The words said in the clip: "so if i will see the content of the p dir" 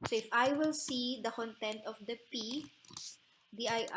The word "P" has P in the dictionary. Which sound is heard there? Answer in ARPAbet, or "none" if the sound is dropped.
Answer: P